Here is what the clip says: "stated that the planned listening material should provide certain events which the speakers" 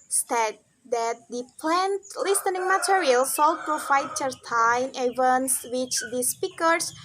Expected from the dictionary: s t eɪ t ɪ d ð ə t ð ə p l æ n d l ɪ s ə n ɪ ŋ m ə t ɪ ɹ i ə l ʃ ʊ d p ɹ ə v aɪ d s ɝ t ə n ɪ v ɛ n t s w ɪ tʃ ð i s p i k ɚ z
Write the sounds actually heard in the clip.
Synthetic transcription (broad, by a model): s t t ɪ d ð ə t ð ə p l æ n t l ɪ s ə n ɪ ŋ m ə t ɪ ɹ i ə l s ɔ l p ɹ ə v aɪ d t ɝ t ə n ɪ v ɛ n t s w ɪ tʃ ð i s p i k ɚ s